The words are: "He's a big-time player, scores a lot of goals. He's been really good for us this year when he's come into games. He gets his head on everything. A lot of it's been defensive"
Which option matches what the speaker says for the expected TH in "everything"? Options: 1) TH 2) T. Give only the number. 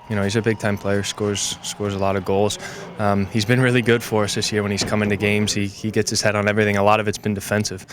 1